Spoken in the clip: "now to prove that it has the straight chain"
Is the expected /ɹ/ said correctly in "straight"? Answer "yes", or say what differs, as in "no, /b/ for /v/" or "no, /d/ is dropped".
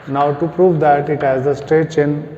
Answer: no, /ɹ/ is dropped